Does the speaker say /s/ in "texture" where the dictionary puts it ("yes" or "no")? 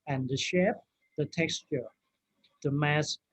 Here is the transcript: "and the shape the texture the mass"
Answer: yes